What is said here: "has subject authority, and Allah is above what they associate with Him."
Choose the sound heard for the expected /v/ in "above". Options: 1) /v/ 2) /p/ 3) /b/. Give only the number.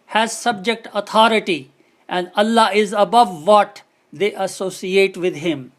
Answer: 1